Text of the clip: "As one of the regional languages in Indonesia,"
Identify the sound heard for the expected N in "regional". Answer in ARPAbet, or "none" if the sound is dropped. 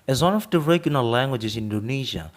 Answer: L